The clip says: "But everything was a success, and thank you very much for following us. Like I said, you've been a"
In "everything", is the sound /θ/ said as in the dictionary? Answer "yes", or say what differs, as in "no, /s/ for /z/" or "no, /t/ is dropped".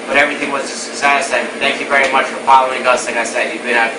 yes